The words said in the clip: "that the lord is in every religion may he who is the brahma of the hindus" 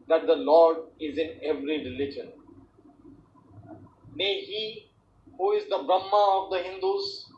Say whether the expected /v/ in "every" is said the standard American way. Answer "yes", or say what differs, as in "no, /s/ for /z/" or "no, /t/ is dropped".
yes